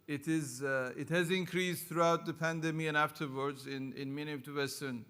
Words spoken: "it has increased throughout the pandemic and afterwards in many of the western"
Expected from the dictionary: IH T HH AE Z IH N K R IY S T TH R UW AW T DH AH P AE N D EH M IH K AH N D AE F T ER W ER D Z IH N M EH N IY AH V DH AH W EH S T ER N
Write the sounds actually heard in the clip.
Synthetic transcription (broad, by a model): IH T HH AE Z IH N K R IY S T TH R UW AW T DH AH P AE N D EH M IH AH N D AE F T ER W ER D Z IH N M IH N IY AH V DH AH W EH S T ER N